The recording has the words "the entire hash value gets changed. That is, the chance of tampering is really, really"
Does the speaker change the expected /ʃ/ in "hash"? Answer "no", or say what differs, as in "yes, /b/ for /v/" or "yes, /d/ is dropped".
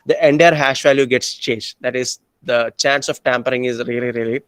no